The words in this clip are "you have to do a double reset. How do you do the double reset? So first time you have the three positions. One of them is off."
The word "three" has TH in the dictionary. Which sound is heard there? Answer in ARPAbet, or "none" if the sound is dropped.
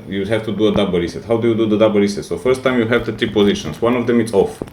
T